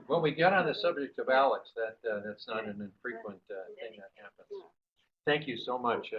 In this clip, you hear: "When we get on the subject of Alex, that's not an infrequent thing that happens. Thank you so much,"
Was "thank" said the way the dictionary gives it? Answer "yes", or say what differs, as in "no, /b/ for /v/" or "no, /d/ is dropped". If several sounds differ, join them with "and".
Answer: yes